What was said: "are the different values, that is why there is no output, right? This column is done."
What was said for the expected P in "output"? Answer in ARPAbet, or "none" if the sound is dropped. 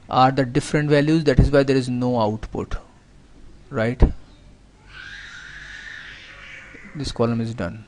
P